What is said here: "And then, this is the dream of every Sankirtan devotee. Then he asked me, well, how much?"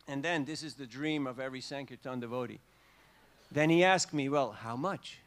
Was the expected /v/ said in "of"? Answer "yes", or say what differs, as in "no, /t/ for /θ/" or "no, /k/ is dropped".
yes